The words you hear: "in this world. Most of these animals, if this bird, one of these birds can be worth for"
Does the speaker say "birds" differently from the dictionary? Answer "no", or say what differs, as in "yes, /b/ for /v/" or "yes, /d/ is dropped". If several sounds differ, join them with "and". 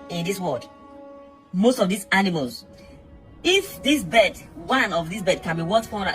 yes, /z/ is dropped